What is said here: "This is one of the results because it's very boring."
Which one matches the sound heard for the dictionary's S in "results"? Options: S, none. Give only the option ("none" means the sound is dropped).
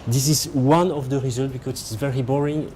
none